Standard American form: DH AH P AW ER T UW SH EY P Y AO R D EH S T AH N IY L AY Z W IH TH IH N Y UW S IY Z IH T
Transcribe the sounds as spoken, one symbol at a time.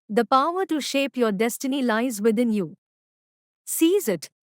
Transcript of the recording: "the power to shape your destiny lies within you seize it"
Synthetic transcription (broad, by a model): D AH P AW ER T UW SH EY P Y AO R D EH S T AH N IY L AY Z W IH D IH N Y UW S IY Z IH T